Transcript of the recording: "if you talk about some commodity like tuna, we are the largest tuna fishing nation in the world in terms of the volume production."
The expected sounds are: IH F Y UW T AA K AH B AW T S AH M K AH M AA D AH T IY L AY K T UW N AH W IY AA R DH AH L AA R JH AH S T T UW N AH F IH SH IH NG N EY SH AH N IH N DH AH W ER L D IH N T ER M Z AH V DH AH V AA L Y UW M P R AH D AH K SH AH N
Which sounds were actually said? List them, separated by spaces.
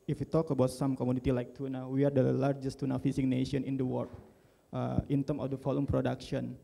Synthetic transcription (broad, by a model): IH F Y UW T AA K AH B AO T S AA M K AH M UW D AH T IY L AY K T UW N AH W IY AA R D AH L AA R JH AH S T T UW N AH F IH S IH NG N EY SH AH N IH N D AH W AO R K IH N T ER M AH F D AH F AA L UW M P R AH D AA K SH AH N